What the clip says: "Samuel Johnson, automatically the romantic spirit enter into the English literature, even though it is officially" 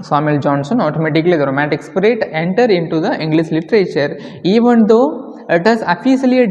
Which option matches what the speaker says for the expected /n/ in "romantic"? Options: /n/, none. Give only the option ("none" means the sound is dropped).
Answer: none